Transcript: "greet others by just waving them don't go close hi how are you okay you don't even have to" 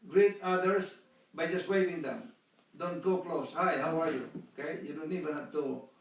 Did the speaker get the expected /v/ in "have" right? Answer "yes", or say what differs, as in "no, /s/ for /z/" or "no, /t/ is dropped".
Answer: no, /p/ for /v/